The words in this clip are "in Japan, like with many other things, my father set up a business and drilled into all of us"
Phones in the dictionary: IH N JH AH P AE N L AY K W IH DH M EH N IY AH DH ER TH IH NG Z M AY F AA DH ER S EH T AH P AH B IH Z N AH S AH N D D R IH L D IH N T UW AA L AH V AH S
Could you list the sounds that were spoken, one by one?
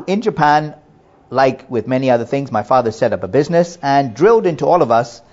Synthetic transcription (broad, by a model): IH N JH AH P AE N L AY K W IH DH M EH N IY AH DH ER TH IH NG Z M AY F AA DH ER S EH T AH P AH B IH Z N AH S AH N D D R IH L D IH N T UW AA L AH V AH S